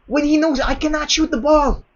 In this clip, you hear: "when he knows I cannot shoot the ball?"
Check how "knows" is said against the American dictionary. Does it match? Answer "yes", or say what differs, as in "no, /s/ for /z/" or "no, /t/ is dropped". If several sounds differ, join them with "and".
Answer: yes